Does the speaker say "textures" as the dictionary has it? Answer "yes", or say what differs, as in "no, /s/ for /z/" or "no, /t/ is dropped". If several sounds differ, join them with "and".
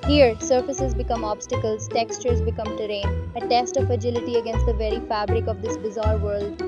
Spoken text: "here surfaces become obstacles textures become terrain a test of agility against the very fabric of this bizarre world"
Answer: yes